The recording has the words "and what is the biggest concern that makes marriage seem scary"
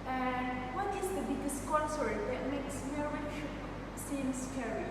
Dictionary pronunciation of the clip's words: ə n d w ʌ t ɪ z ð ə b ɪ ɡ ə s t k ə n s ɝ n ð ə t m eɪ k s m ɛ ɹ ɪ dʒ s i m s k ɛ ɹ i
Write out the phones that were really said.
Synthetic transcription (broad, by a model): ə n w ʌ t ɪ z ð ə b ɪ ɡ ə s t k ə n s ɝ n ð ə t m eɪ k s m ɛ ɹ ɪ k s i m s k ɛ ɹ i